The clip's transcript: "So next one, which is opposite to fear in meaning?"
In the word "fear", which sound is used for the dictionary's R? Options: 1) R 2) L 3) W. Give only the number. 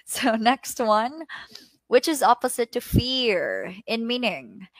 1